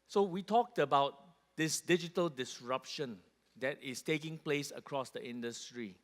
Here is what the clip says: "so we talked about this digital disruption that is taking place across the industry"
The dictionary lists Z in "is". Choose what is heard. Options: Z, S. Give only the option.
S